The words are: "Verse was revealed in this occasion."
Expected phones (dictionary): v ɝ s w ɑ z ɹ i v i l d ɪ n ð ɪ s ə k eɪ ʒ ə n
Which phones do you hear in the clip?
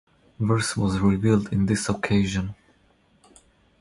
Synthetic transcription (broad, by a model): v ɝ s w ɑ z ɹ i v i l d ɪ n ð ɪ s ə k eɪ ʒ ə n